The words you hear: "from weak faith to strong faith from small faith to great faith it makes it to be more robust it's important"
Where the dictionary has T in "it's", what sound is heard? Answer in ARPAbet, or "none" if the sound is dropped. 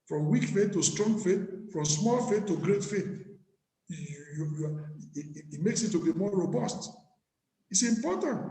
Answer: T